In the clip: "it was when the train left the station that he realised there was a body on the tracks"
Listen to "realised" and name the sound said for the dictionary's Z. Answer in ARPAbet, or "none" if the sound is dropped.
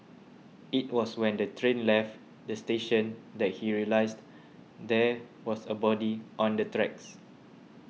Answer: S